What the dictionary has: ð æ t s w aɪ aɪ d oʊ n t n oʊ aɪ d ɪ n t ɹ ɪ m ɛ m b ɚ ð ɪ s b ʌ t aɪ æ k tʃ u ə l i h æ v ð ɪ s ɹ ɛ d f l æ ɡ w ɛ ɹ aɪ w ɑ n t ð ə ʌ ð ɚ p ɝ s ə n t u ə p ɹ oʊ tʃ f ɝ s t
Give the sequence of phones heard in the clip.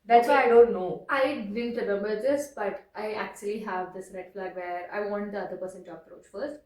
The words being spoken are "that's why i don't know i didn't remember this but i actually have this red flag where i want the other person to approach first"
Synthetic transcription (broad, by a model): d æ t s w aɪ aɪ d oʊ n t n oʊ aɪ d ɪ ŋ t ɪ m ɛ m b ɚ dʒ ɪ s b ʌ t aɪ æ k tʃ u ə l i h æ v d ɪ s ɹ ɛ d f l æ ɡ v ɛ ɹ aɪ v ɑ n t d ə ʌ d ɚ p ɝ s ə n t u ə p ɹ oʊ tʃ f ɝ s t